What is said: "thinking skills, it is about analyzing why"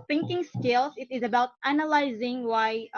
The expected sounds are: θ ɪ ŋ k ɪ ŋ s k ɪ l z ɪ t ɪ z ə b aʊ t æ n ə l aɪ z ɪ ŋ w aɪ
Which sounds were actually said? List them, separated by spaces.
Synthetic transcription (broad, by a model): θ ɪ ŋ k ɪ ŋ s k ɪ l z ɪ t ɪ z ə b aʊ t æ n ə l aɪ z ɪ ŋ w aɪ